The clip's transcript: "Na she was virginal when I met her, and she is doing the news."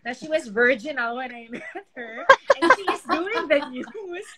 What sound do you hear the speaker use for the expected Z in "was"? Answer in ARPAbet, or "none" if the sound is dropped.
Z